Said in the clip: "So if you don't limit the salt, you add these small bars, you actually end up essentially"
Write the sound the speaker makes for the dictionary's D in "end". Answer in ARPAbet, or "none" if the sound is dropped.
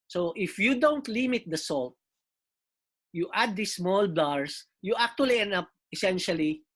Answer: none